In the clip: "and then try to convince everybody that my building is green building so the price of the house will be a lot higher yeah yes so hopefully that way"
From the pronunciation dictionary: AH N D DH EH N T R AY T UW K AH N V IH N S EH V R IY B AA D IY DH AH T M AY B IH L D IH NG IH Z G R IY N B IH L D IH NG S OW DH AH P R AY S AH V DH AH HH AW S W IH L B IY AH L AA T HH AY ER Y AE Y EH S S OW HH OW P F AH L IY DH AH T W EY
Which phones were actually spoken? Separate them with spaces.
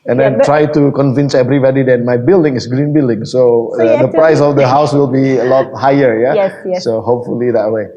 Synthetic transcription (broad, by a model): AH N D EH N T R AY T UW K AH N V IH N S EH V R IY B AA D IY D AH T M AY B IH L D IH NG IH S G R IY N B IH L D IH NG S OW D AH P R AY S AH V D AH HH AW S W IH L B IY AH L AA T HH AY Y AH Y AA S S OW HH OW P F AH L IY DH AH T W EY